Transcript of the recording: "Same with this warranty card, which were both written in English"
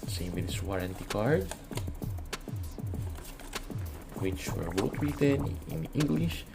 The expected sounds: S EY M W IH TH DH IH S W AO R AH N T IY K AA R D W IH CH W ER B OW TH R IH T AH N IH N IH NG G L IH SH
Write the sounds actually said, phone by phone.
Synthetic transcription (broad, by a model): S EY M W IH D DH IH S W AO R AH N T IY K AA R D W IH CH W ER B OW T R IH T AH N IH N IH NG G L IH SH